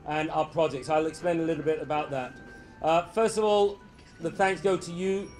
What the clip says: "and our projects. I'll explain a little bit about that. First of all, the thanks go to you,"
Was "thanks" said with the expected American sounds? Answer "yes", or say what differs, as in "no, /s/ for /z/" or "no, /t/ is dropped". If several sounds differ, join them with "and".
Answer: yes